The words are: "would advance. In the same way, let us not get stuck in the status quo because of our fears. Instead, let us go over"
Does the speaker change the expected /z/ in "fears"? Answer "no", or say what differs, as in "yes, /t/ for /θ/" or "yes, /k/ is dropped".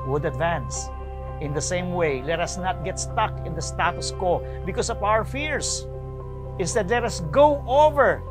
yes, /s/ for /z/